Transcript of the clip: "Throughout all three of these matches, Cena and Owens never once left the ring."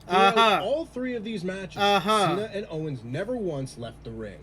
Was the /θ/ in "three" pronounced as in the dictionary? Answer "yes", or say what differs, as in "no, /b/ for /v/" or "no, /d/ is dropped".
yes